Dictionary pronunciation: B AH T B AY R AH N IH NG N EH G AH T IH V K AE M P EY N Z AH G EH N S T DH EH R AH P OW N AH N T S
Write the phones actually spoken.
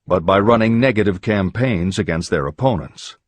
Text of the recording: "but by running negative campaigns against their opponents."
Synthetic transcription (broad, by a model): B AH T B AY R AH N IH NG N EH G AH T IH V K AE M P EY N Z AH G EH N S T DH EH R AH P OW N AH N T S